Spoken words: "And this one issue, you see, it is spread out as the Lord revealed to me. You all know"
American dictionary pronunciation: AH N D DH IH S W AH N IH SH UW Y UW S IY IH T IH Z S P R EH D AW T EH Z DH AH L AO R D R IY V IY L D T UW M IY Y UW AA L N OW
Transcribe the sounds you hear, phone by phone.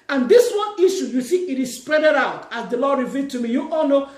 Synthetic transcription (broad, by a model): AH N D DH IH S W AH N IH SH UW Y UW TH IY IH T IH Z S P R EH D AW T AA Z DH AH L AO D R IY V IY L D T UW M IY Y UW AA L N OW